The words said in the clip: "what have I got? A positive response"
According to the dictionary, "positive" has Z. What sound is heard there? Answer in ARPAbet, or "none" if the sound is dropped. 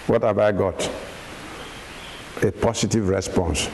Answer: S